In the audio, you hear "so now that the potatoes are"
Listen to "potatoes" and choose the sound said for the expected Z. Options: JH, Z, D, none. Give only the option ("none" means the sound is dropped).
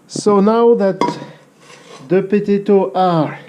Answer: none